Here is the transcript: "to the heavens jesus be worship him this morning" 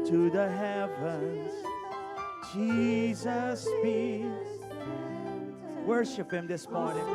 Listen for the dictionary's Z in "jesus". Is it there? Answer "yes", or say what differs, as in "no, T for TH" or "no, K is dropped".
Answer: yes